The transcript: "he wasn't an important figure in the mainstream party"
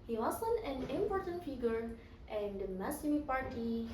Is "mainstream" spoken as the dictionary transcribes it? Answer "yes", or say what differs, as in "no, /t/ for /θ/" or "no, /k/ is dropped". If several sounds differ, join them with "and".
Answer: no, /n/ is dropped